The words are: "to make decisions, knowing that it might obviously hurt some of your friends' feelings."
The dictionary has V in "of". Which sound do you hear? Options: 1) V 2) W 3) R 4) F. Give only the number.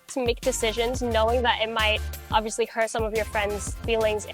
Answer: 1